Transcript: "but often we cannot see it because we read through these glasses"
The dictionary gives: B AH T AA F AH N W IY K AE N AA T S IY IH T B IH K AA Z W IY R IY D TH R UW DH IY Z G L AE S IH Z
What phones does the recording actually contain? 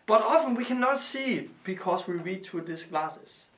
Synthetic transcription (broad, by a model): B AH T AA F AH N W IY K AE N AA T S IY IH T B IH K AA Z W IY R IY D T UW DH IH S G L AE S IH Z